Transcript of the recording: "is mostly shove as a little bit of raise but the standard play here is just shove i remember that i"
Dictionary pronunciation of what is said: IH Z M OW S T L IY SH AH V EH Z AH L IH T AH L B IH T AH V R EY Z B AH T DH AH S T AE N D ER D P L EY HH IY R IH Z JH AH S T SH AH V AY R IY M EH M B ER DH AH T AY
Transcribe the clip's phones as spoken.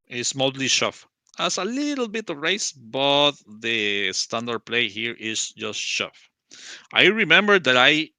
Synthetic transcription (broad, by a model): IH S M OW S T L IY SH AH F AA S AH L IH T L B IH T AH V R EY S B AH T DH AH S T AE N D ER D P L EY HH IY R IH S JH AH S T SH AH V AY R IY M EH M B ER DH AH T AY